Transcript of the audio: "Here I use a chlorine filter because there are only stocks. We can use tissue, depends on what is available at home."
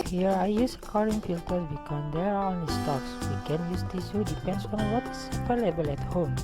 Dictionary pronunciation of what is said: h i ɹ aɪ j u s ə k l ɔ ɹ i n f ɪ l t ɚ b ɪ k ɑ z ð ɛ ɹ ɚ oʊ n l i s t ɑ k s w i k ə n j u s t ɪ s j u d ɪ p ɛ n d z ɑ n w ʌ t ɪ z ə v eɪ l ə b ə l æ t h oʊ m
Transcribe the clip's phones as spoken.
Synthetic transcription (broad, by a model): h i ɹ aɪ j u s ə k ɔ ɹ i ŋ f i l t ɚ b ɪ k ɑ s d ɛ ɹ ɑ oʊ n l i s t ɑ k s w i k ə n j u s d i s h u d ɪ p ɛ n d s ɑ n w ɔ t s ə p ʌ l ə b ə l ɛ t h oʊ m